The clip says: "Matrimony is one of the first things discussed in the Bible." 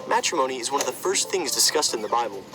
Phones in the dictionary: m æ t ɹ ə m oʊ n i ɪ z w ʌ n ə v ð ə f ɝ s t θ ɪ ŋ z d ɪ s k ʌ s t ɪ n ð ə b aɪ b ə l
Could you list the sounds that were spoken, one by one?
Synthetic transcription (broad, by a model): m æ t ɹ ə m oʊ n i ɪ z w ʌ n ə v ð ə f ɝ s t θ ɪ ŋ z d ɪ s k ʌ s t ɪ n ð ə b aɪ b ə l